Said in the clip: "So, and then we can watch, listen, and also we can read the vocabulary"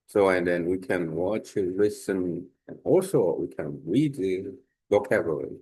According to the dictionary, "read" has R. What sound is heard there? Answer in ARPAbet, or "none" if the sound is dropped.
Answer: R